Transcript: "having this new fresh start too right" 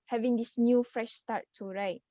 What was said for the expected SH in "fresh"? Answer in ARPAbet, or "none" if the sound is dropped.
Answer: SH